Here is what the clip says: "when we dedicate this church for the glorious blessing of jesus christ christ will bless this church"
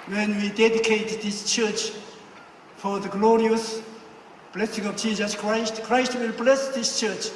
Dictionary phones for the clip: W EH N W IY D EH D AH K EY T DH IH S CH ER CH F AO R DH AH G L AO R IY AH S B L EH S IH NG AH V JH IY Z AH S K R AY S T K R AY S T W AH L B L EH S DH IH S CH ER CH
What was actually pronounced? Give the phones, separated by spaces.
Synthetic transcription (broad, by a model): W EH N W IY D EH D AH K EY T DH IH S CH ER CH F AO R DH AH G L AO R IY AH S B L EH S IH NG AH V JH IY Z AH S K R AY S T K R AY S T W AH L B L EH S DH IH S CH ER CH